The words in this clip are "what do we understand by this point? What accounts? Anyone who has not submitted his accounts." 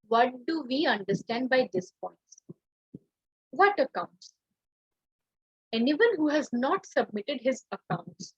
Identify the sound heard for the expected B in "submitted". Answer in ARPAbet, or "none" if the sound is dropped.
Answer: B